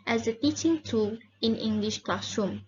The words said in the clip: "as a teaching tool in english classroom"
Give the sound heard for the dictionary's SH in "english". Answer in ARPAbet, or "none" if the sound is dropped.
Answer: SH